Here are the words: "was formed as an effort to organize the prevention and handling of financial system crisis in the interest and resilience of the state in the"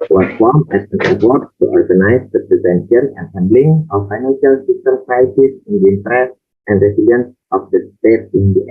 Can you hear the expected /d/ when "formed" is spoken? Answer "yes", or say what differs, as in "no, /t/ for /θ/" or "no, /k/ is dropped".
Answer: no, /d/ is dropped